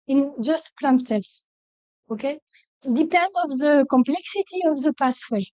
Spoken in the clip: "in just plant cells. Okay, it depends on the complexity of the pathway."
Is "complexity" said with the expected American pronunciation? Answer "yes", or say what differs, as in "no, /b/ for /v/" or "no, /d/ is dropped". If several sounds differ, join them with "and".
yes